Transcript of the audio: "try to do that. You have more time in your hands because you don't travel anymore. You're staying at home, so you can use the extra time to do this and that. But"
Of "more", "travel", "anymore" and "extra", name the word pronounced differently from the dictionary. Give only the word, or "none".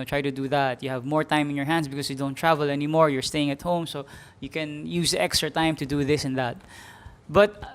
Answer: none